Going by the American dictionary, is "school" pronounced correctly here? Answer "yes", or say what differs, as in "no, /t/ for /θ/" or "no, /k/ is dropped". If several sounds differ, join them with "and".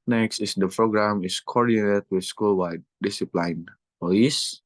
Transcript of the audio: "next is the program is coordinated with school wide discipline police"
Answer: yes